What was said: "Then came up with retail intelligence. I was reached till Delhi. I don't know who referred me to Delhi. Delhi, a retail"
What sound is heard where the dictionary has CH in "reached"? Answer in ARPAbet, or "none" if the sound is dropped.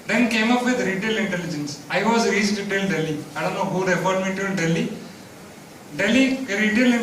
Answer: S